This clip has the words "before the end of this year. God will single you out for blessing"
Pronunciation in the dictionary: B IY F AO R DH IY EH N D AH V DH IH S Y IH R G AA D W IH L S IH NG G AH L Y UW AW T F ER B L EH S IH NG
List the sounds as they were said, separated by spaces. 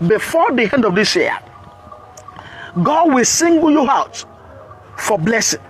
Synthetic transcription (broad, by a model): B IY F AO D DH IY EH N D AH V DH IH S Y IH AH G AA D W IH L S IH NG G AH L Y UW AW T F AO B L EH S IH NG